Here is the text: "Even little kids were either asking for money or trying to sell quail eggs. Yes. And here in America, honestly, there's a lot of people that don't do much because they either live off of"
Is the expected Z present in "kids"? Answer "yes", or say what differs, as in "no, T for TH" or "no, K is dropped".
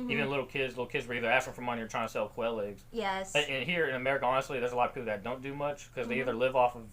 yes